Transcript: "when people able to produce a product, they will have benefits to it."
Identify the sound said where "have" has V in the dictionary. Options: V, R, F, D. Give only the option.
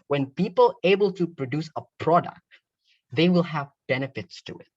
V